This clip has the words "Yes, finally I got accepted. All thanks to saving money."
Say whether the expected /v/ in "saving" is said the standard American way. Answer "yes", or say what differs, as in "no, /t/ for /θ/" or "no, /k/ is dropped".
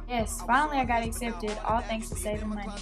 no, /v/ is dropped